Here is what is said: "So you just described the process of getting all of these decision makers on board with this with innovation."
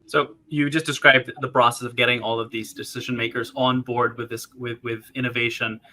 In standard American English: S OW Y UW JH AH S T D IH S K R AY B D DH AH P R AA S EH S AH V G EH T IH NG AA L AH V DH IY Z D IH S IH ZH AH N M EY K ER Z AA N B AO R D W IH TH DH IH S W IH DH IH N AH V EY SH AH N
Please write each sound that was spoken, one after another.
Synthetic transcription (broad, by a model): S OW Y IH JH AH S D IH S K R AY B DH AH P R AA S EH S AH V G EH T IH NG AA L AH V DH IY Z D IH S IH ZH AH N M EY K ER Z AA N B AO R D W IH DH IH S W IH DH IH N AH V EY SH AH N